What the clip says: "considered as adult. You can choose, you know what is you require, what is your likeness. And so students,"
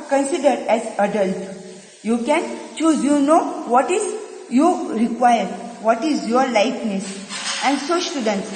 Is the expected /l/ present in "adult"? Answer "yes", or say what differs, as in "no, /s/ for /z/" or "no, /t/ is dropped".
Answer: yes